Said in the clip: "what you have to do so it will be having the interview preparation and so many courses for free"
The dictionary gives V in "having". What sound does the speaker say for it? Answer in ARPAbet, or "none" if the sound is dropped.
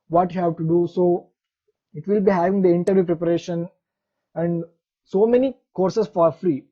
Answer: V